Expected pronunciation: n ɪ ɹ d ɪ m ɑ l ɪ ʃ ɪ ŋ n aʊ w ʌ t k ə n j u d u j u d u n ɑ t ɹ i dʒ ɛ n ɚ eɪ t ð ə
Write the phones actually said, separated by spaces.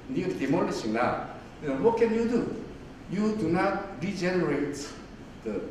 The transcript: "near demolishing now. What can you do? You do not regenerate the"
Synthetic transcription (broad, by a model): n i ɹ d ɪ m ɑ n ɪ s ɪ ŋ l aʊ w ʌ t k ə n j u d u j u d u n ɑ t ɹ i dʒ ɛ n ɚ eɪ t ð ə